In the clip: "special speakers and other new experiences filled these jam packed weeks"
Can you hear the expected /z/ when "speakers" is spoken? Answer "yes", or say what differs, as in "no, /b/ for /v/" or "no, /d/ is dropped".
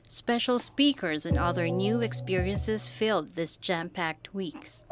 yes